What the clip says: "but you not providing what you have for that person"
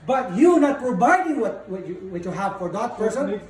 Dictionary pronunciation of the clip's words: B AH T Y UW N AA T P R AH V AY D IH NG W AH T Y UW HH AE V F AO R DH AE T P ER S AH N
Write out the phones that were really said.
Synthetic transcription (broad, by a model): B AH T Y UW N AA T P AH B AY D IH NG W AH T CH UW HH AE V F AO R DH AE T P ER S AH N